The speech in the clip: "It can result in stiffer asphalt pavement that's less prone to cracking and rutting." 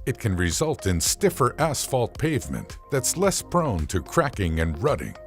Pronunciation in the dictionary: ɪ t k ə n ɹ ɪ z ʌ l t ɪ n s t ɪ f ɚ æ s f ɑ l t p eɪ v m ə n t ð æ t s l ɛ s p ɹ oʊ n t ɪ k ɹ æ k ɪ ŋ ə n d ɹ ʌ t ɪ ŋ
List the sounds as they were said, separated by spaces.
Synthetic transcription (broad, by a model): ɪ t k ə n ɹ ɪ z ʌ l t ɪ n s t ɪ f ɚ æ s f ɑ l t p eɪ v m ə n ð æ t s l ɛ s p ɹ oʊ n t ɪ k ɹ æ k ɪ ŋ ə n ɹ ʌ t ɪ ŋ